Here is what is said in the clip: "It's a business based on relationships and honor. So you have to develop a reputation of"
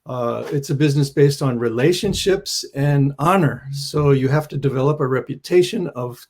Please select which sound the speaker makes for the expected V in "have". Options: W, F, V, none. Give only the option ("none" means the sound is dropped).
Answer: F